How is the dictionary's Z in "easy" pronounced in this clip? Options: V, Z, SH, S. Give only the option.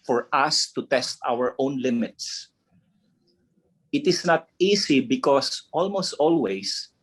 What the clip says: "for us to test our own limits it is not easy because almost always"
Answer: S